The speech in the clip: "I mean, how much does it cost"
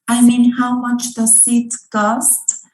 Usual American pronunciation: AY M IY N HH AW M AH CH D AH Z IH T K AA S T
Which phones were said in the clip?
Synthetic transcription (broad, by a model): AY M IY N HH AW M AH CH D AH S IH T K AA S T